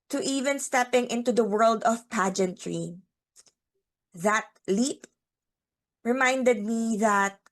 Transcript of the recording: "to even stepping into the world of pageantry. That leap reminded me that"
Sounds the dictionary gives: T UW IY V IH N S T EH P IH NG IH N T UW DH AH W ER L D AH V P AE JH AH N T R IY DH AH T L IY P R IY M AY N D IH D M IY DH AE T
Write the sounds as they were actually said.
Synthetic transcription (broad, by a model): T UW IY V IH N S T EH P IH NG IH N T UW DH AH W ER L D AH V P AE JH AH N T R IY DH AH T L IY P R IY M AY N D IH D M IY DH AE T